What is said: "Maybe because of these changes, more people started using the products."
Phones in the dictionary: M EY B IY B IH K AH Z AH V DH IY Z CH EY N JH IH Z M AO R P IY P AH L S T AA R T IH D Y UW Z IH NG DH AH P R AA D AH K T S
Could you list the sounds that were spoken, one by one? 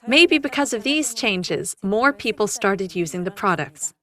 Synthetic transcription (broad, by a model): M EY B IY B IH K AH Z AH V DH IY Z CH EY N JH IH Z M AO R P IY P L S T AA R T IH D Y UW Z IH NG DH AH P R AA D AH K T S